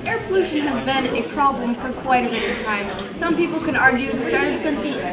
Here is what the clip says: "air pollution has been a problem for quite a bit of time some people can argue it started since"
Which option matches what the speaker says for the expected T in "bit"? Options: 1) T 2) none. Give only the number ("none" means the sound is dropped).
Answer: 2